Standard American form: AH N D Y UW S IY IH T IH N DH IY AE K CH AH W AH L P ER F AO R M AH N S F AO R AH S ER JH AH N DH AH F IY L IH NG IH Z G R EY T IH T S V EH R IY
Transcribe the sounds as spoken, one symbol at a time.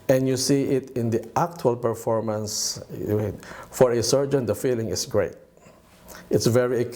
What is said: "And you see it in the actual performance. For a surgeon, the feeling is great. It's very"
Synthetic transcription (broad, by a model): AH N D Y UW S IY IH T IH N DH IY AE K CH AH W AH L P ER F AO R M AH N S F AO R AH S ER JH AH N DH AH F IY L IH NG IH S G R EY T IH T S V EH R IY